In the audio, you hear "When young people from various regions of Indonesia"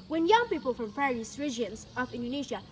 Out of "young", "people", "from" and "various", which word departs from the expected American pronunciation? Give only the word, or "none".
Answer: various